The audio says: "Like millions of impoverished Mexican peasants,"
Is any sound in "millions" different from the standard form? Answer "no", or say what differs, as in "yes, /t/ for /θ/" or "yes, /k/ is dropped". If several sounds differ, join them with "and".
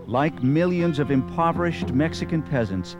no